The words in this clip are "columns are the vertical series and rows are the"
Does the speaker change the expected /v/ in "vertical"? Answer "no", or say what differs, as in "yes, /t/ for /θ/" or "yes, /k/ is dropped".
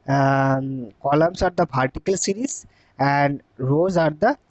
yes, /p/ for /v/